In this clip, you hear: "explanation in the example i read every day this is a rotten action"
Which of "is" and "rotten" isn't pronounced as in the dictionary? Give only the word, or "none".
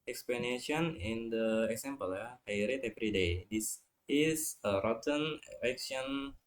is